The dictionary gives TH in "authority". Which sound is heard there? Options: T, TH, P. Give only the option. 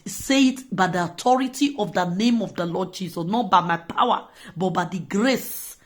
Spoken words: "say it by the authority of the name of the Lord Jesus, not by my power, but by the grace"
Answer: T